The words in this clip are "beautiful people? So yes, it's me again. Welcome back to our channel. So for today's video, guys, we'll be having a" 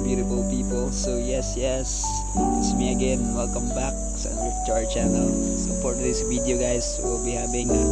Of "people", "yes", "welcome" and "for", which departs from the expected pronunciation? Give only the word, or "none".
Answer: for